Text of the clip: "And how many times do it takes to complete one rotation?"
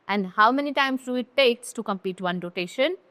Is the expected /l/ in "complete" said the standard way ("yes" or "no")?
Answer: no